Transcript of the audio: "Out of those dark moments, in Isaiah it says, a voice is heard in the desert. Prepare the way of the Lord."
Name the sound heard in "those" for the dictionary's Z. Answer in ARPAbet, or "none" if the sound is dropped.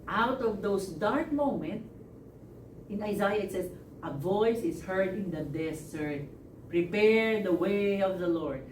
S